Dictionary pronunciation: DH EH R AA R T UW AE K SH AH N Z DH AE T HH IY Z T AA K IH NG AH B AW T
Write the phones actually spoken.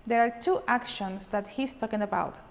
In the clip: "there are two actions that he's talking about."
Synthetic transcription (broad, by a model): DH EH R AA R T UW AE K SH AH N S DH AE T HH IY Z T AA K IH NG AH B AW T